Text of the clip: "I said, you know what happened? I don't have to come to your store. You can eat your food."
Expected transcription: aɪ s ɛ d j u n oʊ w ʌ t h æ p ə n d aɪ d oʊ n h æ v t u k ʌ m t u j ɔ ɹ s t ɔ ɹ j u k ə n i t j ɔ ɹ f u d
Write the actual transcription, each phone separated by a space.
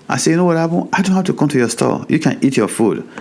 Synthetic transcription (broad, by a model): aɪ s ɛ j u n oʊ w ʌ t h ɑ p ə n aɪ d oʊ n h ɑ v t u k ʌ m t u j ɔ s t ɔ j u k ə n i t j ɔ f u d